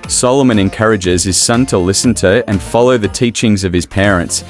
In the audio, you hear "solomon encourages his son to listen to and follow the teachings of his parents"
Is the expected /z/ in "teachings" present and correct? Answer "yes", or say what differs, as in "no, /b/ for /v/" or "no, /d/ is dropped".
yes